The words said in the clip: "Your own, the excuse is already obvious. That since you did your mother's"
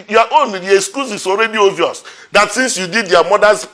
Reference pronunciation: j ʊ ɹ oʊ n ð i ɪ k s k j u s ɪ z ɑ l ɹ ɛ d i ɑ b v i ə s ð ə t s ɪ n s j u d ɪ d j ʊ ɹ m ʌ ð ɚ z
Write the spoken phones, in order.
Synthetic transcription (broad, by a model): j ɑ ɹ oʊ n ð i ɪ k s k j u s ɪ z ɑ l ɹ ɛ d i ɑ v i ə s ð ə t s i n s j u d ɪ d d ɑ m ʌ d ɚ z